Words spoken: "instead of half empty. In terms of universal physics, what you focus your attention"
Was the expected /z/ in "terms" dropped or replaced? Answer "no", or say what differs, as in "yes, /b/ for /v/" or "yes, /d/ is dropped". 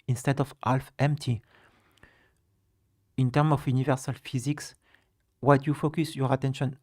yes, /z/ is dropped